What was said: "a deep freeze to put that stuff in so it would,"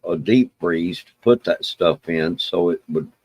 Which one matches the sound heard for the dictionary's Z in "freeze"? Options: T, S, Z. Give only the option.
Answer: S